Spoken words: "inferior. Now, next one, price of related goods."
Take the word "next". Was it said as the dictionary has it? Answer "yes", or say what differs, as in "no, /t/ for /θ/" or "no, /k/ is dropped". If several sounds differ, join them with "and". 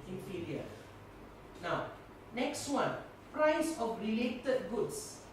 yes